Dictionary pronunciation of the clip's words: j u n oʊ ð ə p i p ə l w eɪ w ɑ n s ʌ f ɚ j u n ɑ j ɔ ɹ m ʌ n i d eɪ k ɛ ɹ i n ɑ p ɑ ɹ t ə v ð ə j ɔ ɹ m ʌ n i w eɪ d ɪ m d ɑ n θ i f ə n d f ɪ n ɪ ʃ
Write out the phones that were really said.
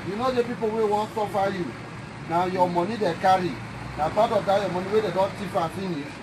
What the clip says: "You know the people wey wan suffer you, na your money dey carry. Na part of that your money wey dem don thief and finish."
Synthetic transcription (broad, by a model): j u n oʊ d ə p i p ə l w eɪ w ɑ n s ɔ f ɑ j u n ɑ j ɔ m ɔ n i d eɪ k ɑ ɹ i n ɑ b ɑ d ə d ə j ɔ m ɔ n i w eɪ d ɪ d ɑ n t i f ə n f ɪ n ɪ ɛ